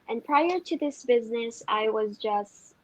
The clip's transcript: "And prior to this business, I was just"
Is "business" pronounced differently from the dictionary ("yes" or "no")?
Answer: no